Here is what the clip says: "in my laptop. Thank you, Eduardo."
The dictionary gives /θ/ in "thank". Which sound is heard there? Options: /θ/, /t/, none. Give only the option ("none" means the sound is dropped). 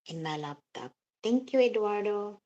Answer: /t/